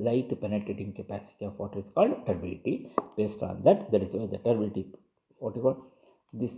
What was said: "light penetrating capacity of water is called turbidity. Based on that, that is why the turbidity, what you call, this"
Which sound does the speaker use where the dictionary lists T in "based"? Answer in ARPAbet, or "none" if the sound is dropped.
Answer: T